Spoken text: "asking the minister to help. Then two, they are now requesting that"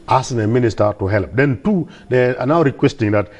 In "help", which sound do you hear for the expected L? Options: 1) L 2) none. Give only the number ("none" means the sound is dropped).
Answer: 1